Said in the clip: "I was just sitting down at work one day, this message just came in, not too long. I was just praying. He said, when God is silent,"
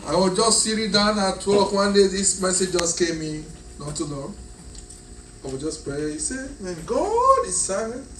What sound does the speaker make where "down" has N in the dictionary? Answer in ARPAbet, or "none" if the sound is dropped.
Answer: N